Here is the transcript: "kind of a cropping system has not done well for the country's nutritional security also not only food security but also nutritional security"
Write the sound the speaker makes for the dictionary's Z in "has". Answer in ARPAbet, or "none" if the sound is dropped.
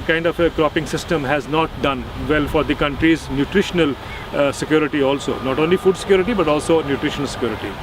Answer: Z